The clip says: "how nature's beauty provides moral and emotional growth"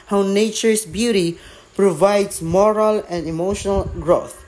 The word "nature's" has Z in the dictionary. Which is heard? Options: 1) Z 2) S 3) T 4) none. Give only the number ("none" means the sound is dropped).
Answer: 2